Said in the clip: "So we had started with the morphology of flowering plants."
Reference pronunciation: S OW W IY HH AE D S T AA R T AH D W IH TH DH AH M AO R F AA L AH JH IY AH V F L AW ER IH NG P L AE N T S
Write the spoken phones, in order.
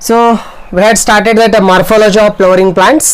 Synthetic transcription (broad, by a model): S OW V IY HH AE D S T AA R T AH D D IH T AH M AO R F AA L AH JH IY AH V P L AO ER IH NG P L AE N T S